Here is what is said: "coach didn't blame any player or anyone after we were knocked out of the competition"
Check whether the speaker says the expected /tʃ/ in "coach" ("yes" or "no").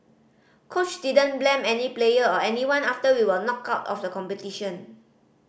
yes